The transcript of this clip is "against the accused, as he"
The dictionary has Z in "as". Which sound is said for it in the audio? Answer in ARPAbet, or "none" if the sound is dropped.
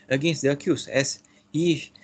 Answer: S